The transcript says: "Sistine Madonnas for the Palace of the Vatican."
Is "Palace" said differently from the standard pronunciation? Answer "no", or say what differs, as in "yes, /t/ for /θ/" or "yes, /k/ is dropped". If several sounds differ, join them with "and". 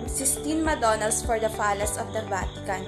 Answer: yes, /f/ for /p/